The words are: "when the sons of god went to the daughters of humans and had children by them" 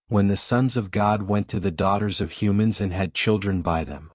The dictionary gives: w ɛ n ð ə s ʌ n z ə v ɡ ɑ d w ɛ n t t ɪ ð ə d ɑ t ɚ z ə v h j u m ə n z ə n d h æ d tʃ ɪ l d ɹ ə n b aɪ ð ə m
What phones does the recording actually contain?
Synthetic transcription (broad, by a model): w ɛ n ð ə s ʌ n z ə v ɡ ɑ d w ɛ n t t ɪ ð ə d ɑ t ɚ z ə v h j u m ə n z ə n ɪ d tʃ ɪ l d ɹ ə n b aɪ ð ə m